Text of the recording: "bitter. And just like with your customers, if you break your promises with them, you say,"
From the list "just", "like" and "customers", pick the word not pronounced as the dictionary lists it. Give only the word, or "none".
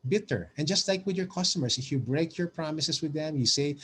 customers